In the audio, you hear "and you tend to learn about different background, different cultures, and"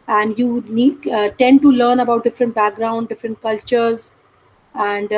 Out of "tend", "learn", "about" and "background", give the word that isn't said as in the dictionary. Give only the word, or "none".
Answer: none